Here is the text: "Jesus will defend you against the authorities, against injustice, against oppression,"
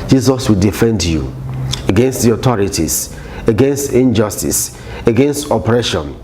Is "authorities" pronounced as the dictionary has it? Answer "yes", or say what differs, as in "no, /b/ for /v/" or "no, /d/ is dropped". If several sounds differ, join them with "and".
no, /t/ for /θ/ and /s/ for /z/